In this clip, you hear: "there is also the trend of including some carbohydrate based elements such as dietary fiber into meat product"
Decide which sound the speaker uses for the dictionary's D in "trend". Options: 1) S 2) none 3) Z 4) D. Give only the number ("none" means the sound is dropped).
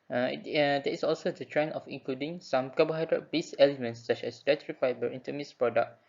2